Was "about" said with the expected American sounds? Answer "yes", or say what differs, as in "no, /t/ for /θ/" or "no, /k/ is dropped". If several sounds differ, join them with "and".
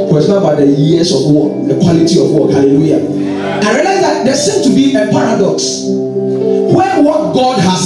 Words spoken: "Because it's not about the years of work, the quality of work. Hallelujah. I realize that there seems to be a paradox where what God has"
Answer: no, /b/ is dropped